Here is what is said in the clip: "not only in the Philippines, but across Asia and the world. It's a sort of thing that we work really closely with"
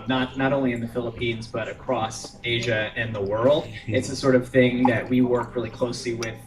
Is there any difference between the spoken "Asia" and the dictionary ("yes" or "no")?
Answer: no